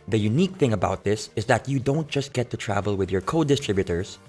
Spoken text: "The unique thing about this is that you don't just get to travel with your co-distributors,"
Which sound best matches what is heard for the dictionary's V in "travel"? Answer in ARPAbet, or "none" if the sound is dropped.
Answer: V